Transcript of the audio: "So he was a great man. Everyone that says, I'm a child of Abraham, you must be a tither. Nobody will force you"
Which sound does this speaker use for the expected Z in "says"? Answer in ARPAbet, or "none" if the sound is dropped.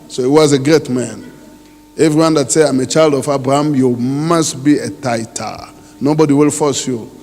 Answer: none